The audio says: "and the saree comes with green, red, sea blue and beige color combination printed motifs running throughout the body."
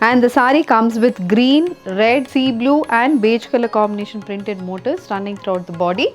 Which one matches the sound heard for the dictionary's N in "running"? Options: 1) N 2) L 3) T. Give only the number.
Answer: 1